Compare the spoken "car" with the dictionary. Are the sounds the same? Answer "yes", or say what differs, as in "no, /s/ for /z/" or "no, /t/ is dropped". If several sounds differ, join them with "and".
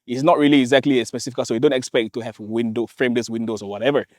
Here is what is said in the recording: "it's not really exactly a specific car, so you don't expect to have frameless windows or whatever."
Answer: no, /l/ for /ɹ/